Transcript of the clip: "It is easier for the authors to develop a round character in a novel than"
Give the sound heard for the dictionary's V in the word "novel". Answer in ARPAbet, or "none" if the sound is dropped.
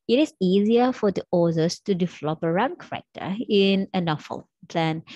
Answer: F